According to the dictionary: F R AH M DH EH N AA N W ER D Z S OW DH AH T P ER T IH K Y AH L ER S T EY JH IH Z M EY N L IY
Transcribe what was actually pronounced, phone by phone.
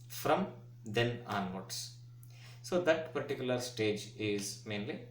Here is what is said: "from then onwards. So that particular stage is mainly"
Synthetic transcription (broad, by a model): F R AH M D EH N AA N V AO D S S OW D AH T P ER T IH K Y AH L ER S T EY JH IH Z M EY N L IY